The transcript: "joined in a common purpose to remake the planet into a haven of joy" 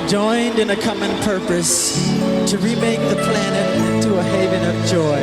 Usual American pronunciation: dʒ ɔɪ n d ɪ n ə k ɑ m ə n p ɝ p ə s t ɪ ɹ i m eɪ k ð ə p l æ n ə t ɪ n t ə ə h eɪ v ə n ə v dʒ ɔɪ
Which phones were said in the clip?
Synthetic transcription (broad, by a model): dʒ ɔɪ n d ɪ n ə k ɑ m ə n p ɝ p ə s t ɪ ɹ i m eɪ k ð ə p l æ n ə t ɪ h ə ə v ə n ə v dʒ ɔɪ